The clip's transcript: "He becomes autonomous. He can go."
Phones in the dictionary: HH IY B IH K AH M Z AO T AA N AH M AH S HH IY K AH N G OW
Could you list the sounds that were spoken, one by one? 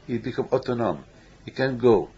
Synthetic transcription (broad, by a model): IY B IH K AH M AO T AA N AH M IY K AH N G OW